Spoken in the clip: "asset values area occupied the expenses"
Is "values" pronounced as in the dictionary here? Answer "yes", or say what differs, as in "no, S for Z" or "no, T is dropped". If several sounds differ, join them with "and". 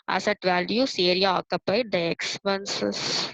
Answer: no, S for Z